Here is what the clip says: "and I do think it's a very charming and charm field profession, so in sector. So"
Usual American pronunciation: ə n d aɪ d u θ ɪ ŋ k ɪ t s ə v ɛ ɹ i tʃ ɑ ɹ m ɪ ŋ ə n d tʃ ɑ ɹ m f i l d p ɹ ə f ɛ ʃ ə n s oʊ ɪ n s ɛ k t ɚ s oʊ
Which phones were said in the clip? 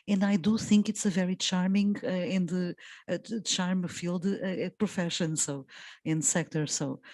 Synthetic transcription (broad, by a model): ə n d aɪ d u θ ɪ ŋ k ɪ t s ə v ɛ ɹ i tʃ ɑ ɹ m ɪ ŋ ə n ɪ tʃ ɑ ɹ m f i l d p ɹ ə f ɛ ʃ ə n s oʊ ɪ n s ɛ k t ɚ s oʊ